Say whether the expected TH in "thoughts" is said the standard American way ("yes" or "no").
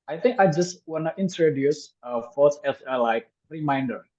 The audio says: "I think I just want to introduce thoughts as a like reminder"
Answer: no